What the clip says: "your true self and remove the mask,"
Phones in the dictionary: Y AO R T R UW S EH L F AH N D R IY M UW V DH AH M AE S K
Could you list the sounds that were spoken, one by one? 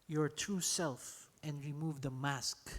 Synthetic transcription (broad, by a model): Y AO R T UW S EH L F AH N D R IY M UW V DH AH M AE S K